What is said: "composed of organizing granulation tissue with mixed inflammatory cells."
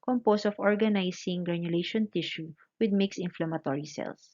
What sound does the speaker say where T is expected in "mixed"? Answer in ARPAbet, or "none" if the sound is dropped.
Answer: none